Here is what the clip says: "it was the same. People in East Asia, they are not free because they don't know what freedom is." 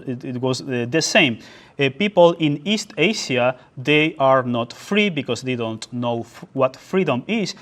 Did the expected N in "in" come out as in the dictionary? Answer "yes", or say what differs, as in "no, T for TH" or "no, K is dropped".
yes